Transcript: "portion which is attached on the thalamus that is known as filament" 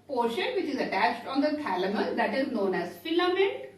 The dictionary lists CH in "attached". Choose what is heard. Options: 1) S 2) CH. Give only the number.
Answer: 2